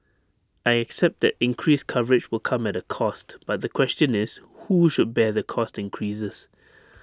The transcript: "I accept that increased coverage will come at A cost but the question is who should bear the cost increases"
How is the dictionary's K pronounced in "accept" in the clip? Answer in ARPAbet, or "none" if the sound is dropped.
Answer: K